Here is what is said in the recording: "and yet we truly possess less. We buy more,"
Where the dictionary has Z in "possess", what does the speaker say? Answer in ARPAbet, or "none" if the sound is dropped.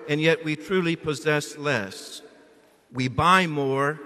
Z